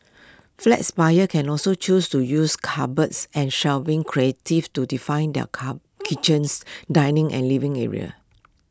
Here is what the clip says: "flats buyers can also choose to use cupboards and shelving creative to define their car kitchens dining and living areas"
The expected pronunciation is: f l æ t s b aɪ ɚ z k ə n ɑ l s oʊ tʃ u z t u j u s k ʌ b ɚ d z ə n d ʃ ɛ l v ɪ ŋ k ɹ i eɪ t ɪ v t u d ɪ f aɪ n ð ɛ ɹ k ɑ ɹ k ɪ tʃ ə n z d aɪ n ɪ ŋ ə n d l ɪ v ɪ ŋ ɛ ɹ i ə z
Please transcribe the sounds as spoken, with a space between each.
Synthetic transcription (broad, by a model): f l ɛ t s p aɪ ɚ k ə n ɑ l s oʊ tʃ u s t u j u s k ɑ b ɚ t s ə n ʃ ɛ l v ɪ ŋ k ɹ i eɪ t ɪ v t u d ɪ f aɪ n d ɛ k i tʃ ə n s d aɪ n ɪ ŋ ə n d l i v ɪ ŋ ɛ ɹ i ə